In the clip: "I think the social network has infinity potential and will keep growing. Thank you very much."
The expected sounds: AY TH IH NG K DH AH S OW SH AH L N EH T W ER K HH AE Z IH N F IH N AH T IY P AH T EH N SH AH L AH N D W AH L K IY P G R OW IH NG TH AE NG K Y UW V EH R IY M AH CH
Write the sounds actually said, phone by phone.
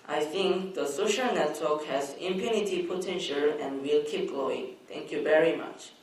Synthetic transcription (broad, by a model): AY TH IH NG K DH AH S OW SH AH L N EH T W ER K HH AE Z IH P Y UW N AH T IY P AH T EH N SH AH L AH N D W AH L K IY P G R OW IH NG T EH NG K Y UW V EH R IY M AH CH